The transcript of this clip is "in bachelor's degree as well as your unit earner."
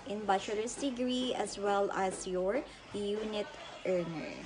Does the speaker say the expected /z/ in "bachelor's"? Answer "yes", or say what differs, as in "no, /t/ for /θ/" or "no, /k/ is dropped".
no, /s/ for /z/